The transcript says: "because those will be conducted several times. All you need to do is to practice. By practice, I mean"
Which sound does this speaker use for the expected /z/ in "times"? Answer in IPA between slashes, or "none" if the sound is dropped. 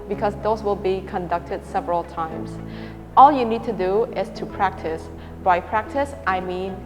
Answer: /s/